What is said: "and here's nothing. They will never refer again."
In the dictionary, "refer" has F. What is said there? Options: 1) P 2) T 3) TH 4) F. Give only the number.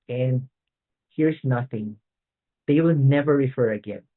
4